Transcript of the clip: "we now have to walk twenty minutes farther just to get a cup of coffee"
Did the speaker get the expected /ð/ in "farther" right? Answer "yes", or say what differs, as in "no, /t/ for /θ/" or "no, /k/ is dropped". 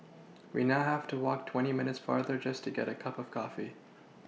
yes